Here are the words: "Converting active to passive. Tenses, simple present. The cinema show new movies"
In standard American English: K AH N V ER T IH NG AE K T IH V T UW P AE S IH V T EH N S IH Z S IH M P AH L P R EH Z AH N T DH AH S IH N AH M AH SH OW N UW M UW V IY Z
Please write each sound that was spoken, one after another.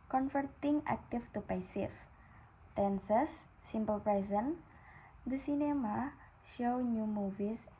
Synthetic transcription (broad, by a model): K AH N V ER T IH NG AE K T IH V T UW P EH S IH F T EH N S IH S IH M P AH L P R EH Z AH N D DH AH S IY N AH M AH SH OW N UW M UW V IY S